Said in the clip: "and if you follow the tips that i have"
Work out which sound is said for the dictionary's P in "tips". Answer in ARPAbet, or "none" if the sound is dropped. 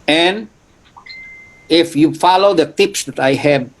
P